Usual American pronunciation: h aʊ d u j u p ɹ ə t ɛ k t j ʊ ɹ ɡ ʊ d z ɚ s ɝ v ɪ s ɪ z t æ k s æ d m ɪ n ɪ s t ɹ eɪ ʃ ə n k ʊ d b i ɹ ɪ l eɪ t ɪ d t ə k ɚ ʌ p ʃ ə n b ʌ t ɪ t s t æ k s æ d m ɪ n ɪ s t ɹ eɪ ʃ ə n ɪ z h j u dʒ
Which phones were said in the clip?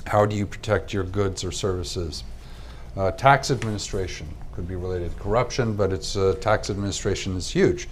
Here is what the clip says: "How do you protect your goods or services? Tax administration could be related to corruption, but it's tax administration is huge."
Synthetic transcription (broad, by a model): h aʊ d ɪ j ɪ p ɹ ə t ɛ k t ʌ ɹ ɡ ʊ d z ɚ s ɝ v ɪ s ɪ z t æ k s æ d m ɪ n ɪ s t ɹ eɪ ʃ ə n k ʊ d b i ɹ ɪ l eɪ t ɪ d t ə k ɚ ʌ p ʃ ə n b ʌ t ɪ t s t æ k s æ d m ɪ n ɪ s t ɹ eɪ ʃ ə n ɪ z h j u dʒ